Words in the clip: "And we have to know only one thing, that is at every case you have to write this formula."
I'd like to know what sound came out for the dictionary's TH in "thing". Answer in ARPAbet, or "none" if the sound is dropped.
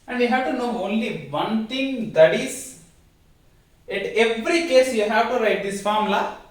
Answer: T